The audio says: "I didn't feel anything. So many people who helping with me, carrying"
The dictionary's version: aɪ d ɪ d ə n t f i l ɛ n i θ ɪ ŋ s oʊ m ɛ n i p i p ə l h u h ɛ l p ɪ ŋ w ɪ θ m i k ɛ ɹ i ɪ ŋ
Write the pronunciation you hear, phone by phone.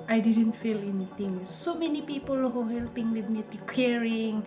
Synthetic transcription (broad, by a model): aɪ d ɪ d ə n t f i l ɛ n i t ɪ ŋ s oʊ m ɛ n i p i p ə l h u h ɛ l p ɪ ŋ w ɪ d m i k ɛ ɹ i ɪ ŋ